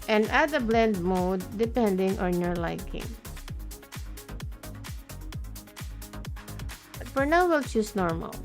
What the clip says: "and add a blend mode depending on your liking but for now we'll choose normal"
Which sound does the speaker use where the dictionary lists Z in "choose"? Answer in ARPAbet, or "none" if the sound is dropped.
S